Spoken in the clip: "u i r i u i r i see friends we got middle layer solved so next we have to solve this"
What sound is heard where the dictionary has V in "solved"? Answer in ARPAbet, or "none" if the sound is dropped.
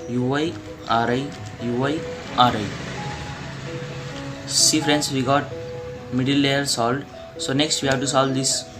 none